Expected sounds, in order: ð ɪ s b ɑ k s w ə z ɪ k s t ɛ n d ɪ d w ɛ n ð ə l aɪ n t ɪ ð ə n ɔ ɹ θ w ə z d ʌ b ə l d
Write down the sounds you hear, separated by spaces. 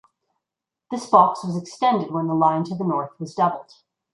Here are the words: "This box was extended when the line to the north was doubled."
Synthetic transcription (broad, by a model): ð ɪ s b ɑ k s w ə z ɪ k s t ɛ n d ɪ d w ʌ n ð ə l aɪ n t ɪ ð ə n ɔ ɹ θ w ə z d ʌ b l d